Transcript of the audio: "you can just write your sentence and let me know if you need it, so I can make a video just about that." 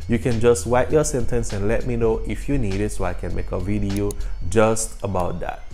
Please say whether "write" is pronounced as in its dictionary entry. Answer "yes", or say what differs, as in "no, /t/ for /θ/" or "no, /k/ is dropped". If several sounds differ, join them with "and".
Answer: no, /w/ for /ɹ/